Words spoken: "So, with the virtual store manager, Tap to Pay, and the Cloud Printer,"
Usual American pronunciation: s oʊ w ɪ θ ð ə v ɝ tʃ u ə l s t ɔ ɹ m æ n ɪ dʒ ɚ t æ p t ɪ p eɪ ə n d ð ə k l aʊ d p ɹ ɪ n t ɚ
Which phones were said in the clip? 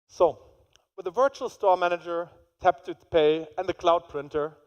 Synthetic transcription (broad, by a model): s oʊ w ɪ ð ə v ɝ tʃ u ə l s t ɔ ɹ m æ n ɪ dʒ ɚ t æ p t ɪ p eɪ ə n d ð ə k l aʊ d p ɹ ɪ n t ɚ